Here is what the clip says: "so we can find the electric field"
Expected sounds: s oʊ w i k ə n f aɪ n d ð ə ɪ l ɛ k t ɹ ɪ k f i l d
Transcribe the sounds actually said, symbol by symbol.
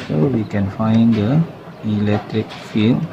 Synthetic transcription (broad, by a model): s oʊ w i k ə n f aɪ n d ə ɪ l ɛ k t ɹ ɪ k f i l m